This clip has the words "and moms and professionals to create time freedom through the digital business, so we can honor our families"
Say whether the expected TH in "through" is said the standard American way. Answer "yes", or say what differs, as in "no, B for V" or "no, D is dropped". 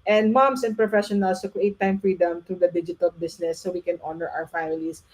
no, T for TH